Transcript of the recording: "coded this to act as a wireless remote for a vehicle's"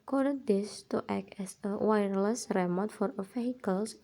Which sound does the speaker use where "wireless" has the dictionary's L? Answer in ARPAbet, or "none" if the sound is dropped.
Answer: L